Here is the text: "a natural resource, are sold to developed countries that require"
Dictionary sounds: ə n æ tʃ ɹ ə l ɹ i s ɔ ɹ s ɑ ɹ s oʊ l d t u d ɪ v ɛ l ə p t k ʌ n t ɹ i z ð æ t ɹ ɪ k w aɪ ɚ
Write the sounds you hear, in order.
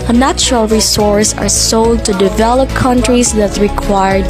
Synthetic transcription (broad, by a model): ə n æ tʃ ɹ ə l ɹ i s ɔ ɹ s ɑ ɹ s oʊ l d t u d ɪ v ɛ l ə p k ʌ n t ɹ i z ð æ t ɹ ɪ k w aɪ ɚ